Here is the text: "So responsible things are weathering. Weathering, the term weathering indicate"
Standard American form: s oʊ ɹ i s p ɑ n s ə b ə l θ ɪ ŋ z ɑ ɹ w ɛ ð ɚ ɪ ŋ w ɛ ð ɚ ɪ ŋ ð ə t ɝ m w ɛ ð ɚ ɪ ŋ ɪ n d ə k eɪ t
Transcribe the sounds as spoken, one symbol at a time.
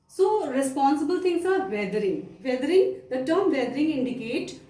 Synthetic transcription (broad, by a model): s oʊ ɹ i s p ɑ n s ə b ə l t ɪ ŋ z ɑ ɹ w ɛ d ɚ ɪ ŋ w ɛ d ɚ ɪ ŋ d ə t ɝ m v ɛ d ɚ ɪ ŋ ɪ n d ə k eɪ t